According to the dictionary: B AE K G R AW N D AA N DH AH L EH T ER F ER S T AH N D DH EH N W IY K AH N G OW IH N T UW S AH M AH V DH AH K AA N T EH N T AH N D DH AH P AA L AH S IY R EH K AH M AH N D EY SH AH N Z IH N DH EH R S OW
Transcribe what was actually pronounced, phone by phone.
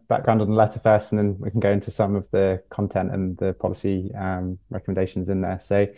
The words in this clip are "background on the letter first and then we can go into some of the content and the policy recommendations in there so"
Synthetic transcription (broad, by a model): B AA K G R AW N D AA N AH L EH T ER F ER S AH N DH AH N W IY K AH N G OW IH N T UW S AH M AH V DH AH K AA N T EH N T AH N DH AH P AA L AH S IY R EH K AH M AH N D EY SH AH N Z IH N DH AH S OW